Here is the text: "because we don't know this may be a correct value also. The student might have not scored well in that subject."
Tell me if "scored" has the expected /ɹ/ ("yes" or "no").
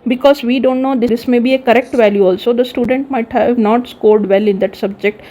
yes